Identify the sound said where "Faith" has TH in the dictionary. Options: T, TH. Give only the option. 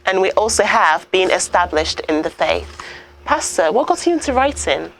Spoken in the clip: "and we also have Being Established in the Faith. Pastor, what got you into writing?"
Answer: TH